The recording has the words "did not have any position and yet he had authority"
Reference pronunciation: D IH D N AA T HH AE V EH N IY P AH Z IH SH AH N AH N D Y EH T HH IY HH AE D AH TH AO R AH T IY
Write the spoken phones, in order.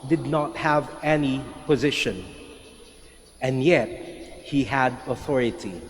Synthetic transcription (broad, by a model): D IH D N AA T HH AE V EH N IY P AH Z IH SH AH N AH N Y EH T HH IY HH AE D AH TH AO R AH T IY